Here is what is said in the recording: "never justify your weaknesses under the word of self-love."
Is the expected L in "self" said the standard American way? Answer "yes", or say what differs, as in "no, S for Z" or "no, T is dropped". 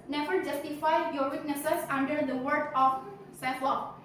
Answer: no, L is dropped